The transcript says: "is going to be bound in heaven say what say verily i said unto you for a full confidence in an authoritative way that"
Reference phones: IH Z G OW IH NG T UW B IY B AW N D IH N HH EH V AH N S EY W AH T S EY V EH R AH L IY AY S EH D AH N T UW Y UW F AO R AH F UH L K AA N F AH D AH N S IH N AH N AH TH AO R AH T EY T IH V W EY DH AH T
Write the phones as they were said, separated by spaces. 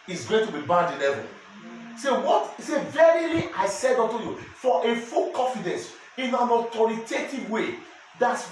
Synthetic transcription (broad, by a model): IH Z G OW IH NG T UW B IY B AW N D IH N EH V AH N S EY W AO T S EY V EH R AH L IY AY S EH D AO T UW Y UW F AO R AH F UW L K AA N F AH D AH N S IH N AH N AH T AO R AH T EY T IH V W EY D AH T